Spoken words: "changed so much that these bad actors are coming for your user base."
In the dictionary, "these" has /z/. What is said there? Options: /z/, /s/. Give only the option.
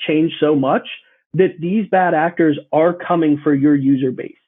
/z/